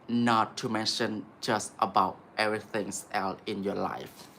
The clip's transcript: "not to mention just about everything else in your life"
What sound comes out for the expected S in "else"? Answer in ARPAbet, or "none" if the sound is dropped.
none